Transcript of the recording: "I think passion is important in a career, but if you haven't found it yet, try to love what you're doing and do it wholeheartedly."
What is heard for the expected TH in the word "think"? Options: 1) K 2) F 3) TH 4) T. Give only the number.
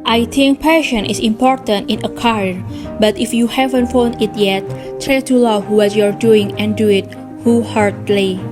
4